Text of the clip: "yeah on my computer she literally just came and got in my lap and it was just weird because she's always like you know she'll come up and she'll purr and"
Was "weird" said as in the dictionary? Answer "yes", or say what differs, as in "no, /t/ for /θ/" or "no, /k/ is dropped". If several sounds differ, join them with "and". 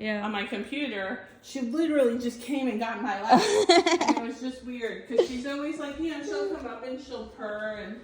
yes